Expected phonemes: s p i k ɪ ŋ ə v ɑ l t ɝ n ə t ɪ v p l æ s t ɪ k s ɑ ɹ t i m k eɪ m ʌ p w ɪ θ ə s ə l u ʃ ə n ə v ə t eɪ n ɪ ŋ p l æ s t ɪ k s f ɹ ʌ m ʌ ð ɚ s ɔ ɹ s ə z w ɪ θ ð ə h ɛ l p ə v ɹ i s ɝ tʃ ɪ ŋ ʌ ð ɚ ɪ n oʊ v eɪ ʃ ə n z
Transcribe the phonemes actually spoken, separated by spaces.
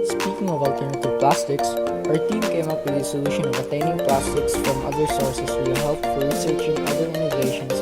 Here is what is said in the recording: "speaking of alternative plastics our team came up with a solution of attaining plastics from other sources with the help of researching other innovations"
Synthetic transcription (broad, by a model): s p i k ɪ ŋ ə v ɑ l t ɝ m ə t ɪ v p l æ s t ɪ k s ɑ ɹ t i m k eɪ m ʌ p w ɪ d ə s ə l u ʃ ə n ə v ə t eɪ n ɪ ŋ p l æ s t ɪ k s f ɹ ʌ m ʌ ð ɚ s ɔ ɹ s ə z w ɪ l h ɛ l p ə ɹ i s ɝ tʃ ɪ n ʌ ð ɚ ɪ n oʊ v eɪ ʃ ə n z